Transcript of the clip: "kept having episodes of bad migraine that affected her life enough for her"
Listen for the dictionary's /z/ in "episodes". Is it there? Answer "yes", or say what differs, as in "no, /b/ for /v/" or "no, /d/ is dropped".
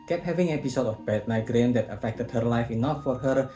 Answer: no, /z/ is dropped